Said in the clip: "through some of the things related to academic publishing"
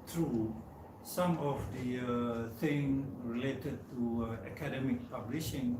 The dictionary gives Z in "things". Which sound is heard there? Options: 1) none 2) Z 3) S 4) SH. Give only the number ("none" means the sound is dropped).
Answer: 1